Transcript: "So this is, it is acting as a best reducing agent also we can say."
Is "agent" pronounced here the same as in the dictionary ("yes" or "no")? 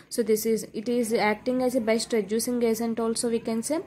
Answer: no